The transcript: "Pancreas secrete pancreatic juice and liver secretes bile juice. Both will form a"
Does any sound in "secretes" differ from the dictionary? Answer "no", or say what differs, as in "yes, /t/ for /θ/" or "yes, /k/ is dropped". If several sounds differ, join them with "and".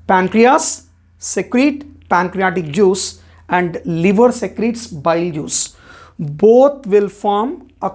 no